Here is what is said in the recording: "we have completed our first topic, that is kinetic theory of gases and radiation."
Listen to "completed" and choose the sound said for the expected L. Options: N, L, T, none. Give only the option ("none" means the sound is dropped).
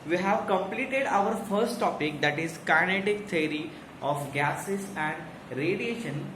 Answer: L